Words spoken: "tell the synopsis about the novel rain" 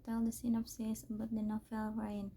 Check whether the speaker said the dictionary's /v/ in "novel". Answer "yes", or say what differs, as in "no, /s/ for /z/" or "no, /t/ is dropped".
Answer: no, /f/ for /v/